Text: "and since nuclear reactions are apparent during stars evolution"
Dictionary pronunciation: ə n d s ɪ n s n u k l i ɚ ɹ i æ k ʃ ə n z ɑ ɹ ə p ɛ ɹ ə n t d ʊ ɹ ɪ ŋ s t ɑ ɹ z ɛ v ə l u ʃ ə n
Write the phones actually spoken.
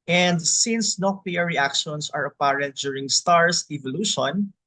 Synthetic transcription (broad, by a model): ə n d s ɪ n s n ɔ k l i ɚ ɹ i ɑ k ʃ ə n s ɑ ɹ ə p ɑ ɹ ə n t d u ɹ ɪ ŋ s t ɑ ɹ s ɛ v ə l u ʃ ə n